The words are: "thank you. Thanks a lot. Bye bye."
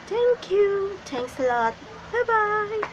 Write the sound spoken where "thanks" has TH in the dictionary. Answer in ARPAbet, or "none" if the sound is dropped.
T